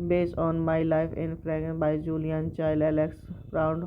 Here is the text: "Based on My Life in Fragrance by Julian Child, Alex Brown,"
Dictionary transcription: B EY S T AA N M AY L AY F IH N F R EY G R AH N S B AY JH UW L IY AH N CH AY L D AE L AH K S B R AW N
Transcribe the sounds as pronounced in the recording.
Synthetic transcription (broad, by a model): B EY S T AA N M AY L AY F IH N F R R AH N B AY JH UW L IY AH N CH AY L EH L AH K S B R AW N